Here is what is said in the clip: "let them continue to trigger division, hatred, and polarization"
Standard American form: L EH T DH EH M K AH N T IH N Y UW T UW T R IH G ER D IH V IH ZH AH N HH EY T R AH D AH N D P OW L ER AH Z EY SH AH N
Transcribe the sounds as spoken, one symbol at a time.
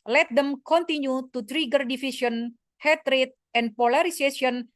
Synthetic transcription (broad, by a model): L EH T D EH M K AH N T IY N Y UW T UW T R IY G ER D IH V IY S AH N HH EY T R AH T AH N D P OW L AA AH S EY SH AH N